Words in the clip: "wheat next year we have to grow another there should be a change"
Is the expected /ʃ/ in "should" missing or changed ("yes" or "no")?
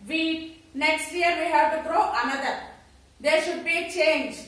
no